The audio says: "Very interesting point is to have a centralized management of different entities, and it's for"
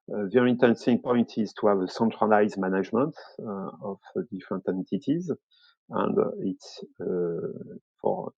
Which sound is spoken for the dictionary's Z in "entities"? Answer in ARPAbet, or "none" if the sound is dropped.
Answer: Z